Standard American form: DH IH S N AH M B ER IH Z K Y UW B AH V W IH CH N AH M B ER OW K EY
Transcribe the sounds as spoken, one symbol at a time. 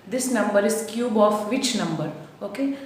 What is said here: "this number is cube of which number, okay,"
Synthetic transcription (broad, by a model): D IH S N AH M B ER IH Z K Y UW B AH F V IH CH N AH M B ER OW K EY